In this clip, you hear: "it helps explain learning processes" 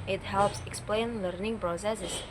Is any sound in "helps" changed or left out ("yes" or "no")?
no